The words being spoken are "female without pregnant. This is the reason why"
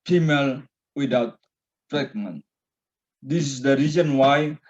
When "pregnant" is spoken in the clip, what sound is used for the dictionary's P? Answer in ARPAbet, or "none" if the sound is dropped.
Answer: F